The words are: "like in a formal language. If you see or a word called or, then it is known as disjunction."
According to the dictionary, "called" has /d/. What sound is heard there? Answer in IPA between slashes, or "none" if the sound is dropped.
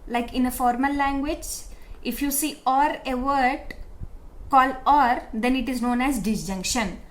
none